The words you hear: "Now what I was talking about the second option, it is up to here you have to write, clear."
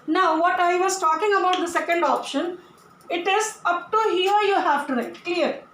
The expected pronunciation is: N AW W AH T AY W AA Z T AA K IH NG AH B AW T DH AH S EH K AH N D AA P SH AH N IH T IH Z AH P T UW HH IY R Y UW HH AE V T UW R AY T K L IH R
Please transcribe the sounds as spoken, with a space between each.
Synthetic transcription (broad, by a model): N AW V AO T AY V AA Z T AA K IH NG AH B AW T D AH S EH K AH N D AA P SH AH N IH T IH Z AH P T UW HH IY R Y UW HH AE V T UW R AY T K L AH R